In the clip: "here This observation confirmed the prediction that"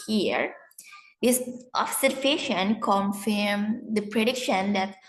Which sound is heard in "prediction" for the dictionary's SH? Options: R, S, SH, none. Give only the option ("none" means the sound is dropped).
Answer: SH